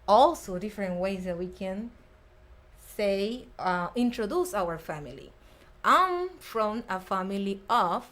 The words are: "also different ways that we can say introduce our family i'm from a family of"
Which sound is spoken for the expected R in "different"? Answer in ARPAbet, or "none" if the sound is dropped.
R